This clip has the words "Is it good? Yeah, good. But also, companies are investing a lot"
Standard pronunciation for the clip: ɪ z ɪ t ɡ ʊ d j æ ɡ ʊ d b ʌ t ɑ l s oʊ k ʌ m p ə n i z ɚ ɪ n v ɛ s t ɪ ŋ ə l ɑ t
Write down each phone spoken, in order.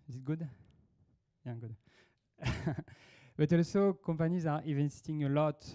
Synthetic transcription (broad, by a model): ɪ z ɪ t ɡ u d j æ ɡ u d b ʌ t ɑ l s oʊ k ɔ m p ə n i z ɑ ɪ v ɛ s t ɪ ŋ ə l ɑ t